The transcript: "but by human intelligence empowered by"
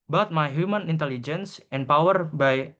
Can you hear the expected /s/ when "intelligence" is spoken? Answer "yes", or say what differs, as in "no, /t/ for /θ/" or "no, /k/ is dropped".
yes